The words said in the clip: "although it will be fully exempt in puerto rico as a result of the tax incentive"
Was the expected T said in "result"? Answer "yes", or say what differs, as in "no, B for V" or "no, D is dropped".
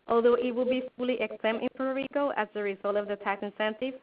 yes